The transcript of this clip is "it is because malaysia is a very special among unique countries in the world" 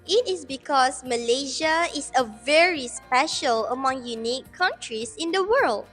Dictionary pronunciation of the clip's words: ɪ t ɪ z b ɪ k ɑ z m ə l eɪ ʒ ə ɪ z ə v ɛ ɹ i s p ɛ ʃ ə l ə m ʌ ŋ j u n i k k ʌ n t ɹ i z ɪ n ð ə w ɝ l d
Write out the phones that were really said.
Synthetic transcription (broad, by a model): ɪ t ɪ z b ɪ k ɑ s m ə l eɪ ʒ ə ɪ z ə v ɛ ɹ i s p ɛ ʃ ə l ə m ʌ ŋ j u n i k k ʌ n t ɹ i s ɪ n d ə w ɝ l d